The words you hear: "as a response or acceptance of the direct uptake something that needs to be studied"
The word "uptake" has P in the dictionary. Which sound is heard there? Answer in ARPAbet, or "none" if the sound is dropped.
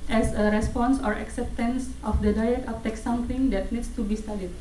F